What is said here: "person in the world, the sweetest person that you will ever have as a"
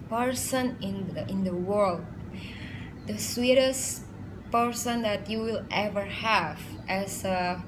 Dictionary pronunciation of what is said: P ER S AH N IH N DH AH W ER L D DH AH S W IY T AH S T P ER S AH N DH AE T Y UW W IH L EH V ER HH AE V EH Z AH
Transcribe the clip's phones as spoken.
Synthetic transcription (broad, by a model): P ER S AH N IH N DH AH W ER L D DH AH S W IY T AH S P ER S AH N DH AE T Y UW W IH L EH V ER HH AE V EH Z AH